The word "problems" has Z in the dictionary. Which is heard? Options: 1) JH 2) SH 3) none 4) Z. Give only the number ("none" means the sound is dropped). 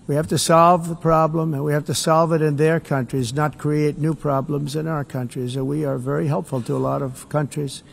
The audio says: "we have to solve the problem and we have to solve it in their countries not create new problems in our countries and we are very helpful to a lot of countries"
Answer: 4